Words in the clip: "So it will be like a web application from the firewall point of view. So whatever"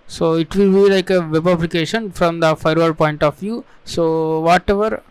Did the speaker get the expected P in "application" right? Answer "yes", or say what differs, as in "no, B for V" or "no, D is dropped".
no, B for P